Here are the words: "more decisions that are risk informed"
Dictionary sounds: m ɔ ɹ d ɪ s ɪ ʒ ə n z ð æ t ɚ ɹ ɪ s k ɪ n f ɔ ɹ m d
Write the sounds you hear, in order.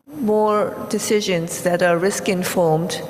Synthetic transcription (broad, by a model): m ɔ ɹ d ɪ s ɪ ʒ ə n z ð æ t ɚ ɹ ɪ s k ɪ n f ɔ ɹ m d